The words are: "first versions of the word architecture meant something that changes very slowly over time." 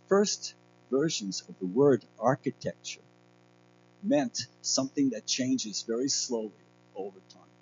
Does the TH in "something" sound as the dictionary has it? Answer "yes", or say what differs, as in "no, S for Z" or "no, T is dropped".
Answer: yes